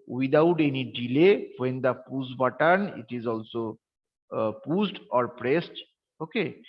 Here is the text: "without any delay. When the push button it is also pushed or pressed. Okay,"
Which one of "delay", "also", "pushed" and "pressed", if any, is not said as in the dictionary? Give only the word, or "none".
pushed